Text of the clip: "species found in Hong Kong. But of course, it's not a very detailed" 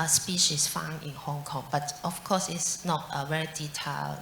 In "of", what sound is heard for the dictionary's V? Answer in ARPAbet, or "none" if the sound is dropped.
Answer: F